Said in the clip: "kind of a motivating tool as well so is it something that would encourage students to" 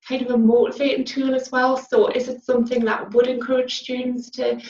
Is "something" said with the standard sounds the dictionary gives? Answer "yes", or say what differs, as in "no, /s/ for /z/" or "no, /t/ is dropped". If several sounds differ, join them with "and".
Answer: yes